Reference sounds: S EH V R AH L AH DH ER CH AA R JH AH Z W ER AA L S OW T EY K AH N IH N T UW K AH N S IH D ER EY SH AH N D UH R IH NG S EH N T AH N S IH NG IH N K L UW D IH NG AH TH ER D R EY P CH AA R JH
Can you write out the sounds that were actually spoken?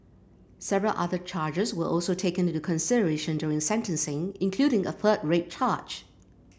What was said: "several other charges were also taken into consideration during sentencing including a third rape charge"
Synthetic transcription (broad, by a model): S EH V R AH L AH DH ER CH AA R JH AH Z W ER AA L S OW T EY AH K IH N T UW K AH N S IH D ER EY SH AH N D UH R IH NG S EH N T AH N S IH NG IH N K L UW D IH NG AH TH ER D R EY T CH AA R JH